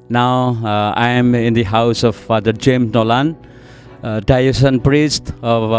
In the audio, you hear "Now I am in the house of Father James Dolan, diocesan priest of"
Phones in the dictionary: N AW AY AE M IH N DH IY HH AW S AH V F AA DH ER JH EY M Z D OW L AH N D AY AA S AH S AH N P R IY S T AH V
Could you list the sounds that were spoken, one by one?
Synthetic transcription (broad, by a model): N AW AY M IH N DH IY HH AW S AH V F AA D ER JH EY M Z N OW L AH N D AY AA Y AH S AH N P R IY S T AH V